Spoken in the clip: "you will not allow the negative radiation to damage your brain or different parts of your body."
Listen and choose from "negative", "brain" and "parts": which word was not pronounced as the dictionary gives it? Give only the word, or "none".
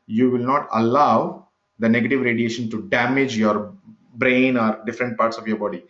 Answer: none